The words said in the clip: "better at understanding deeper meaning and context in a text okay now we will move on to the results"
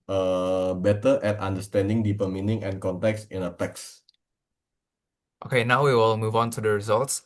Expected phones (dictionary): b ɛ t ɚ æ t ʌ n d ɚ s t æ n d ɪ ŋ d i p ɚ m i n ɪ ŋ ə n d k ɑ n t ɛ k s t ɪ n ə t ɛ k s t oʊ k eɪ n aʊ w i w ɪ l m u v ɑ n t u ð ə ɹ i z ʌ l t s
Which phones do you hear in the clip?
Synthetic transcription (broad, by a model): b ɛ t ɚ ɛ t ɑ n d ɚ s t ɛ n d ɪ ŋ d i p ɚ m i n ɪ ŋ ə n k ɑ n t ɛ k s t ɪ n ə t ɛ k s t oʊ k eɪ n aʊ w i w ɪ l m u v ɑ n t u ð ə ɹ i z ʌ l t s